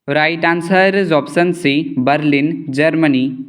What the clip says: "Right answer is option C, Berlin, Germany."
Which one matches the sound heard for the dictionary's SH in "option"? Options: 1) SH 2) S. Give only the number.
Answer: 2